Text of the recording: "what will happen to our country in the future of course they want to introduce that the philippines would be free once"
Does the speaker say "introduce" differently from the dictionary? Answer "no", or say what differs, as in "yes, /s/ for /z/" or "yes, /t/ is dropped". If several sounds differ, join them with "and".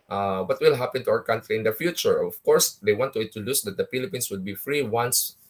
yes, /n/ is dropped and /ɹ/ is dropped